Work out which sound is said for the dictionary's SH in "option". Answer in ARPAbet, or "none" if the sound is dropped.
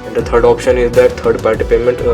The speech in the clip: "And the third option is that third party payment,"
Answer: SH